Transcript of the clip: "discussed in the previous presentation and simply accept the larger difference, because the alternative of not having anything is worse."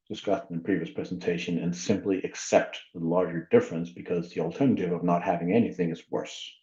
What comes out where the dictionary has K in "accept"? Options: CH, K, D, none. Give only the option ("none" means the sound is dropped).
K